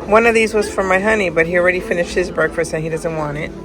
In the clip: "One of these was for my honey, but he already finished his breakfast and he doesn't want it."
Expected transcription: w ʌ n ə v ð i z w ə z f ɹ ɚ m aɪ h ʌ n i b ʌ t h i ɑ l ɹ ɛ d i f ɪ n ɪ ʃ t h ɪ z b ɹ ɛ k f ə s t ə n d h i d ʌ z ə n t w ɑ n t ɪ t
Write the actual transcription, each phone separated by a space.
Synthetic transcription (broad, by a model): w ʌ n ə v ð i z w ə z f ɹ ɚ m aɪ h ʌ n i b ʌ t h i l ɹ ɛ d i f ɪ n ɪ ʃ t h ɪ z b ɹ ɛ k f ə s t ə n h i d ʌ z ə n t w ɑ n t ɪ t